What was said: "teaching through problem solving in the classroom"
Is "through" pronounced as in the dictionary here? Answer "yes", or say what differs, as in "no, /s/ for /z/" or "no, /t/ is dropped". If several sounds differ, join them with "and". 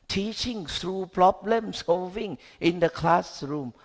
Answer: no, /s/ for /θ/